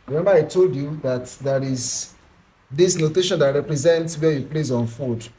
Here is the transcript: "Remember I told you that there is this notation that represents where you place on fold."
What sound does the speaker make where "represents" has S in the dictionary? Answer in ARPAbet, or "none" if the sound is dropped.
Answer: S